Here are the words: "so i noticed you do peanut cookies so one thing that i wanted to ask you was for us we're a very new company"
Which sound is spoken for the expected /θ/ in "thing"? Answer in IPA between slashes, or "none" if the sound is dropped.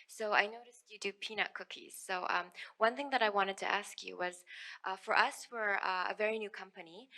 /θ/